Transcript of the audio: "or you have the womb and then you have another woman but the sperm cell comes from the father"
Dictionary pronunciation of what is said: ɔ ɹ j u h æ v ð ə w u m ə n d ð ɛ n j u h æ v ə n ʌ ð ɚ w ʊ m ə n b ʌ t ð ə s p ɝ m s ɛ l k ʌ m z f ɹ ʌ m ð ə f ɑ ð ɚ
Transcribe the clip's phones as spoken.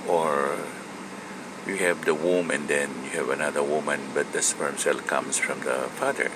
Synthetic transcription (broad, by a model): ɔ ɹ j u h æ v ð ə w u m ə n d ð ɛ n j u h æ v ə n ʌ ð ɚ w ʊ m ə n b ʌ t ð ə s f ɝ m s ɛ l k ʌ m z f ɹ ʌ m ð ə f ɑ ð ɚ